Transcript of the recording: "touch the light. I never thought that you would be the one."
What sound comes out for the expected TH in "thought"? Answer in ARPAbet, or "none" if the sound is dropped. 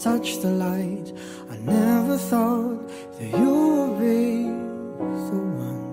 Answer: TH